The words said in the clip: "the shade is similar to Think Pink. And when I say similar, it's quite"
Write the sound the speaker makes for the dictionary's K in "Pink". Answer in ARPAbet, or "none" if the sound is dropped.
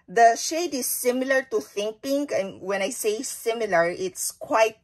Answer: none